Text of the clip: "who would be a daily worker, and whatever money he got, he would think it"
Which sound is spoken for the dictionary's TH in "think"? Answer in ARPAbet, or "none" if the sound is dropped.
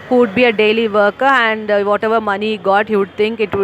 T